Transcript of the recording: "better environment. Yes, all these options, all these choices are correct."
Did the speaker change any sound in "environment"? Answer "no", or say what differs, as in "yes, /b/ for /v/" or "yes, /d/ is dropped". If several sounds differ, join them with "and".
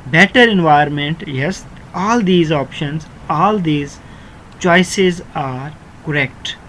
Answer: yes, /ɹ/ is dropped